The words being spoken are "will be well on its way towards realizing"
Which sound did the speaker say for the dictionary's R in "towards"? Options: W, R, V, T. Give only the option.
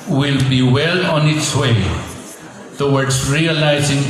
W